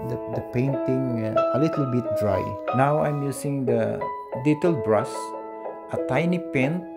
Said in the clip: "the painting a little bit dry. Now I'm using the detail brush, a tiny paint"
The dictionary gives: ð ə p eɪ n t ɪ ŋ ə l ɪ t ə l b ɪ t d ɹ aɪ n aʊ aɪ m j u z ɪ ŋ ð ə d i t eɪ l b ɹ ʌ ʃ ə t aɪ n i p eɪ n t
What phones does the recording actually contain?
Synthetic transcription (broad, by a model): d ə p eɪ n t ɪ ŋ ə l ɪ t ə l b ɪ t d ɹ aɪ n aʊ aɪ m j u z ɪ ŋ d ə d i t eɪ l b ɹ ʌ s ə t aɪ n i p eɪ n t